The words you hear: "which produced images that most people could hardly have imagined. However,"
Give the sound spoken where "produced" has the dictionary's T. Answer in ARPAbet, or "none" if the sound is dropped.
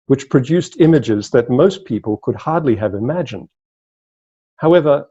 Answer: T